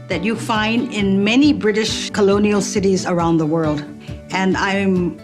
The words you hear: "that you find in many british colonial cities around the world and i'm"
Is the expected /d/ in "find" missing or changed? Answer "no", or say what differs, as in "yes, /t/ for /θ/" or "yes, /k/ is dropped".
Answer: no